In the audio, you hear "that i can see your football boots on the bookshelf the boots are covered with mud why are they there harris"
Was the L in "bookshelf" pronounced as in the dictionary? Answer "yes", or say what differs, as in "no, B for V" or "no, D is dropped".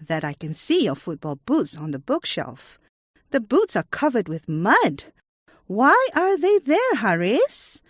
yes